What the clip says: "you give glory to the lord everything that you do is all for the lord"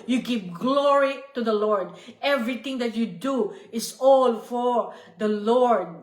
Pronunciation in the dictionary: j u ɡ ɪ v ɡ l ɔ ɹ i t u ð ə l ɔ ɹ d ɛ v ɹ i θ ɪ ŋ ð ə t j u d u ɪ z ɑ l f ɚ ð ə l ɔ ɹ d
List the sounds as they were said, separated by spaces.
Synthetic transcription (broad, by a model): j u ɡ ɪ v ɡ l ɔ ɹ i t u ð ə l ɔ ɹ d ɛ v ɹ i t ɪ ŋ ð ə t j u d u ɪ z ɑ l f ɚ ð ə l ɔ ɹ d